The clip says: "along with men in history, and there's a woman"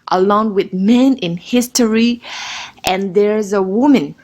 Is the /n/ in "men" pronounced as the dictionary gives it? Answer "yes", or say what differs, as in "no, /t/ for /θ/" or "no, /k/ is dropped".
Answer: yes